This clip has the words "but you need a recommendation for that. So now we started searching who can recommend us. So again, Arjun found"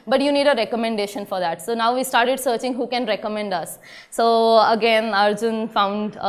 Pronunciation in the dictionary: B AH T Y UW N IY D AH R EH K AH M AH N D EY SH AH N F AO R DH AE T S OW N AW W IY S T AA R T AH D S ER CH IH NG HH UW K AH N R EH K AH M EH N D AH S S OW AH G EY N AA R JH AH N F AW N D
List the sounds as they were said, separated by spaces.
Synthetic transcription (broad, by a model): B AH T Y UW N IY D AH R EH K AH M AH N D EY SH AH N F AO R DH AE T S OW N AW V IY S T AA R T AH D S ER CH IH NG HH UW K AH N R EH K AH M EH N D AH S S OW AH G EY N AA R JH AH N F AW N D